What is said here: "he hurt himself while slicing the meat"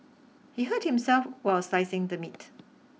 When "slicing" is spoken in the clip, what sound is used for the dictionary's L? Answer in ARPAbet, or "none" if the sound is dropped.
none